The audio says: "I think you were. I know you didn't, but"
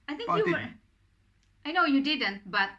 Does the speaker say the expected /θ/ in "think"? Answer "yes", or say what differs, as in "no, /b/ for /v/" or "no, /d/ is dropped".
no, /t/ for /θ/